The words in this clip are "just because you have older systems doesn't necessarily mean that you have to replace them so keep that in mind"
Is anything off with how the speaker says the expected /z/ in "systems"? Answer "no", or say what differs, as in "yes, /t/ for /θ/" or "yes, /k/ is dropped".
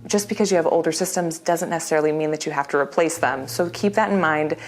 no